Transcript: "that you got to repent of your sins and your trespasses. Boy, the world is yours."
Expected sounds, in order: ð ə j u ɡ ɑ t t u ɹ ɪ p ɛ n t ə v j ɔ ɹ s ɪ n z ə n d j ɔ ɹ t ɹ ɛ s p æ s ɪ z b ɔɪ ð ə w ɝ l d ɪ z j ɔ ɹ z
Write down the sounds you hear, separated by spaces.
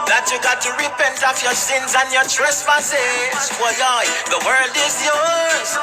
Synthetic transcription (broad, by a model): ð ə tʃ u ɡ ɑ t t u ɹ ɪ p ɛ n t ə f j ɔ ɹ s ɪ n z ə n j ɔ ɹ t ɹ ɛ s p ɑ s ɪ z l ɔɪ ð ə w ɝ l d ɪ z j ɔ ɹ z